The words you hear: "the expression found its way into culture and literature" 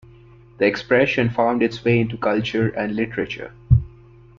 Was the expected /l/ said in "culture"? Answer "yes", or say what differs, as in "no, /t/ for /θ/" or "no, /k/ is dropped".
yes